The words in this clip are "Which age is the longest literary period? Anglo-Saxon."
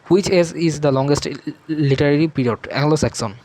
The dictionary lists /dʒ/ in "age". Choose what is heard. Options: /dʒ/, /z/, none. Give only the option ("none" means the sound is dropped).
/z/